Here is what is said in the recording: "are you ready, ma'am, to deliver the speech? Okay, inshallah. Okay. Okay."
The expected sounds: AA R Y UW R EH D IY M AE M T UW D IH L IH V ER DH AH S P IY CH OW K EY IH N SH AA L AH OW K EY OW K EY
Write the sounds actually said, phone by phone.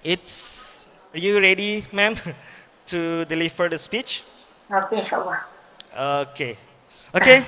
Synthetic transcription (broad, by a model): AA R Y UW R EH D IY M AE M T UW D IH L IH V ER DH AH S P IY CH OW K EY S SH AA W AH OW K EY OW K EY